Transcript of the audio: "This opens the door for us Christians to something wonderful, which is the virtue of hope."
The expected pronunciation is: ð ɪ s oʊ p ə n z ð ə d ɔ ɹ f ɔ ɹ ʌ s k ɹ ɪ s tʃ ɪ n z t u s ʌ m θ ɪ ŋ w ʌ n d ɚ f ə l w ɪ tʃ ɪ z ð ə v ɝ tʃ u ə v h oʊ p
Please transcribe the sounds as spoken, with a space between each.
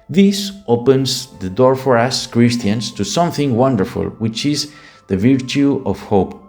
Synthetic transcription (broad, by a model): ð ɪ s oʊ p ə n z ð ə d ɔ ɹ f ɔ ɹ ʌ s k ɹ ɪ s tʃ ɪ n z t u s ʌ m θ ɪ ŋ w ʌ n d ɚ f ə l w ɪ tʃ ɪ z ð ə v ɝ tʃ u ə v h oʊ p